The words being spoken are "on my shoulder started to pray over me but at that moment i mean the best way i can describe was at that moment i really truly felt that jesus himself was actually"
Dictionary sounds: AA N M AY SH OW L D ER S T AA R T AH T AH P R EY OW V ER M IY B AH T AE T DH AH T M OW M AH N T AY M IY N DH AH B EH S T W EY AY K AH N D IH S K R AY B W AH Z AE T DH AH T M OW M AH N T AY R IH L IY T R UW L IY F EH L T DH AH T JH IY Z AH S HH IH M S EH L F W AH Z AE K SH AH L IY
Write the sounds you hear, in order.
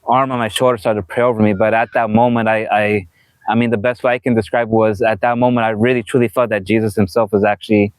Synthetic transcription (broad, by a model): AA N M AY SH OW L D ER S T AA R T AH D P R EY OW V ER M IY B AH T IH T DH AH T M OW M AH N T AY M IY N DH AH B EH S T W EY AY K AH N D IH S K R AY B W AH Z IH T DH AH T M OW M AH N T AY R IH L IY T R UW L IY F EH L T DH AH T JH IY Z AH S HH IH M S EH L F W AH Z AE K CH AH L IY